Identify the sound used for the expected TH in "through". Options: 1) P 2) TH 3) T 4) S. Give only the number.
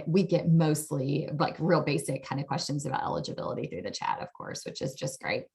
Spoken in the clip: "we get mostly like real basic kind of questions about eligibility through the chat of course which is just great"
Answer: 2